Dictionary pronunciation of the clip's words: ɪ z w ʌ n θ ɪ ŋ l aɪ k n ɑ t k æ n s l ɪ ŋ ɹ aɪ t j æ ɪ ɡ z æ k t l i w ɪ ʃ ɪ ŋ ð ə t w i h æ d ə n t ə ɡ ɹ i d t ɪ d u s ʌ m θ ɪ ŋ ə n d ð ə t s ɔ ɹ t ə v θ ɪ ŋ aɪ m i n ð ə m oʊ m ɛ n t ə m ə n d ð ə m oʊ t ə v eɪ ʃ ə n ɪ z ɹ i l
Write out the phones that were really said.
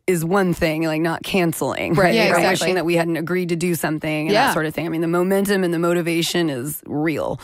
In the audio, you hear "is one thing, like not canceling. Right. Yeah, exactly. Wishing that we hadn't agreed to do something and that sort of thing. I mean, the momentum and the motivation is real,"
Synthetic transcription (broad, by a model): ɪ z w ʌ n θ ɪ ŋ l aɪ k n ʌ t k æ n s l ɪ ŋ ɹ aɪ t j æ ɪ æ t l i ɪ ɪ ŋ ð ə t w i h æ d n t ə ɡ ɹ i d t ɪ d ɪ s ʌ m θ ɪ ŋ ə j ð ə t s ɔ ɹ t ə v θ ɪ ŋ aɪ m i n ð ə m oʊ m ɛ n t ə m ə n ð ə m oʊ t ə v eɪ ʃ ə n ɪ z ɹ i l